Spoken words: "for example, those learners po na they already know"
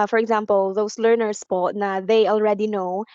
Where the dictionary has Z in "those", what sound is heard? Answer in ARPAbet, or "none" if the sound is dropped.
S